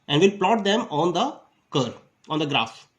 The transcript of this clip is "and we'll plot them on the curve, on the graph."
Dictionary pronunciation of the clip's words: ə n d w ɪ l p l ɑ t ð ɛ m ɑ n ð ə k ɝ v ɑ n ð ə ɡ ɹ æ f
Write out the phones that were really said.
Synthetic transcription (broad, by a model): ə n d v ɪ l p l ɑ t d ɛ m ɑ n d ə k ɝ ɑ n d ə ɡ ɹ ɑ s